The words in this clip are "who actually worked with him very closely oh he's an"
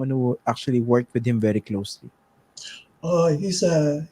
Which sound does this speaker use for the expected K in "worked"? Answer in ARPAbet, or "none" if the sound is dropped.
K